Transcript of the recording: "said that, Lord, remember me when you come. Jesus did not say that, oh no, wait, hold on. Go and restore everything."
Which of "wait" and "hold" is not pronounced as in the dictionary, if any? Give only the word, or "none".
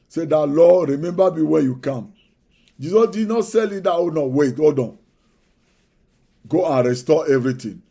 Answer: hold